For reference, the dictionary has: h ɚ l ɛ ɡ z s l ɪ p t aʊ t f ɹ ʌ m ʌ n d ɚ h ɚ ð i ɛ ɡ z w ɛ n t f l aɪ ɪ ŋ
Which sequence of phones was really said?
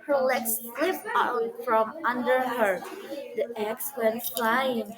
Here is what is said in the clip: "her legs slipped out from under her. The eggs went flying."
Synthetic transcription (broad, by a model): h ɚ l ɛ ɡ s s l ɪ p aʊ f ɹ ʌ m ʌ n d ɚ h ɚ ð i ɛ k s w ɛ n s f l aɪ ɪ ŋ